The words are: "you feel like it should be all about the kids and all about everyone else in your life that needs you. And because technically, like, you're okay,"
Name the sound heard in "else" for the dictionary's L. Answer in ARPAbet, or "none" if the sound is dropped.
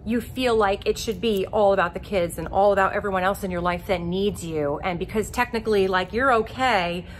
L